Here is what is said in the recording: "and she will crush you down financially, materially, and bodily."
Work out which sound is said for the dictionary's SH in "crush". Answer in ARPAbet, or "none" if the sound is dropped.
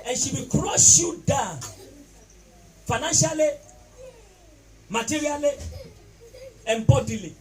S